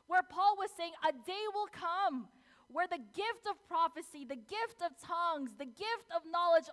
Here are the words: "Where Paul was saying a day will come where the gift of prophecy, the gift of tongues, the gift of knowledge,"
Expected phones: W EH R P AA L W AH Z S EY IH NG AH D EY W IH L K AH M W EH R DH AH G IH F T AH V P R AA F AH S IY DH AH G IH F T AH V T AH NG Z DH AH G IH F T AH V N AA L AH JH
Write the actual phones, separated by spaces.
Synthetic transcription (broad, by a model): W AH R P AA L W AH Z S EY IH NG AH D EY W IH L K AH M W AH R DH AH G IH F T AH V P R AA F AH S IY DH AH G IH F T AH V T AH NG Z DH AH G IH F T AH V N AA L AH JH